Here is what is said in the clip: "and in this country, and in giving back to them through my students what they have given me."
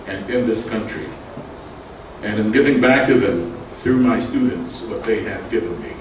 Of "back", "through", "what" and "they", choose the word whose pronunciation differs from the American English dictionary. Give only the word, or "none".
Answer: none